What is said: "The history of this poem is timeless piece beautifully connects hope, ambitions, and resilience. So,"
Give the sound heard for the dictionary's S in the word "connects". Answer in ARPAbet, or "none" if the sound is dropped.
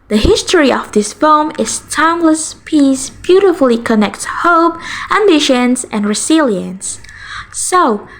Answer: none